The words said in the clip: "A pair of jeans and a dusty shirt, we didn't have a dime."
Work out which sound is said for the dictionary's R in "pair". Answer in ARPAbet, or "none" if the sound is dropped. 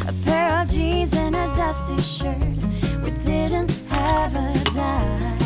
R